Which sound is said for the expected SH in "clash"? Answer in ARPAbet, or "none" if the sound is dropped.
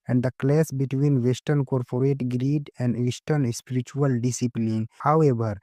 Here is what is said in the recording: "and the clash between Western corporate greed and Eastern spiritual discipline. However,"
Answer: S